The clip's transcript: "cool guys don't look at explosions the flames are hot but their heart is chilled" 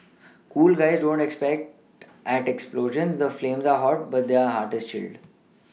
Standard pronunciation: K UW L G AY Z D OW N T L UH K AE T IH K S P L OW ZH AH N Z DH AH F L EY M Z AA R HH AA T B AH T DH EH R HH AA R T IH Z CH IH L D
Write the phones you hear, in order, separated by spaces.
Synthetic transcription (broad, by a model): K UW L G AY Z D OW N T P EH K AE T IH K S P L OW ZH AH N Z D AH F L EY M Z AA R HH AA T B AH T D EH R HH AA R T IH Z CH IH L D